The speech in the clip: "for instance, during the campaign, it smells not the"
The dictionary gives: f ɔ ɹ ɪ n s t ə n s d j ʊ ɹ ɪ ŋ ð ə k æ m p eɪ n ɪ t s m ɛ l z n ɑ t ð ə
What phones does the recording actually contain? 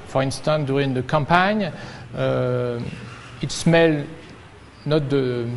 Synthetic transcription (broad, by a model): f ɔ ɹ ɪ n s t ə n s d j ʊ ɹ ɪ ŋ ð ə k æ m p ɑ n ɪ t s m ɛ l n ɑ t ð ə